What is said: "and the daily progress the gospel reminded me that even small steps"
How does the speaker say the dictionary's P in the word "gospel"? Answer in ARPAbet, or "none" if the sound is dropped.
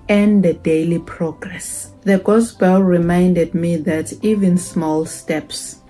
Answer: B